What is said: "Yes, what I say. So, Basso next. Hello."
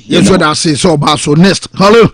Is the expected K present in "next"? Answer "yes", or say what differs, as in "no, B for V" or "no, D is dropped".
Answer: no, K is dropped